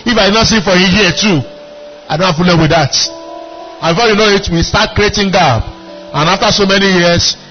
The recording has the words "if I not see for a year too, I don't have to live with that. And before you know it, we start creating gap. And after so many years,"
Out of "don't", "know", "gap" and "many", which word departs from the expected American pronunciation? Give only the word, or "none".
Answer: gap